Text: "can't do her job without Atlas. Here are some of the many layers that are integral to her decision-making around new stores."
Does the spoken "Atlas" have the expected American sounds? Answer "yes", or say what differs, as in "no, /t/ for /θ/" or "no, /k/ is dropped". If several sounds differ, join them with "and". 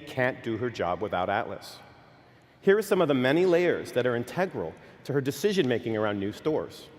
yes